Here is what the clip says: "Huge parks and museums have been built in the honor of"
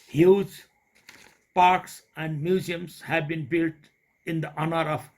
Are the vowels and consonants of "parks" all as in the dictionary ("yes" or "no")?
yes